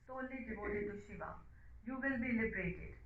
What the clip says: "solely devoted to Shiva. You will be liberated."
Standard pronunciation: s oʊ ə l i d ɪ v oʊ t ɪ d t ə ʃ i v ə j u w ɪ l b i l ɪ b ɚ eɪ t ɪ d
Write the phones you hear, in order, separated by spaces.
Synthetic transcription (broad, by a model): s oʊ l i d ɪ b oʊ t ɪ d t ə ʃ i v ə j u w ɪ l b i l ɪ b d eɪ t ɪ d